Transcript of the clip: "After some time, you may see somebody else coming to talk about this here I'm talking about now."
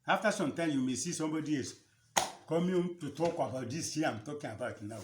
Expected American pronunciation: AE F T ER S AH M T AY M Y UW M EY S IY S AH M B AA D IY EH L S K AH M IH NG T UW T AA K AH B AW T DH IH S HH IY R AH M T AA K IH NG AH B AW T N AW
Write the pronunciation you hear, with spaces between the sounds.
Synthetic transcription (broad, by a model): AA F T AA S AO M T AY M Y UW M EY S IY S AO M B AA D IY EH S K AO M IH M T UW T AA K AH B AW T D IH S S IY AH M T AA K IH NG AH B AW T N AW